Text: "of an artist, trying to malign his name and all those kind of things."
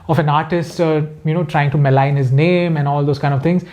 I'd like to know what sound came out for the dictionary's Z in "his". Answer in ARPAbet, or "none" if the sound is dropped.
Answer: Z